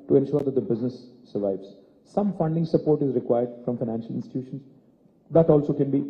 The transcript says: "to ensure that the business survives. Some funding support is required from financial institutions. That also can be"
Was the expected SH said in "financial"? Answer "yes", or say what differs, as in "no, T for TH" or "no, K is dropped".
yes